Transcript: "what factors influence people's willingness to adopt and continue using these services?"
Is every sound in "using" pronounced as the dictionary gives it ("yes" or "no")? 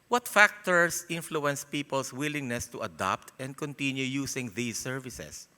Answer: no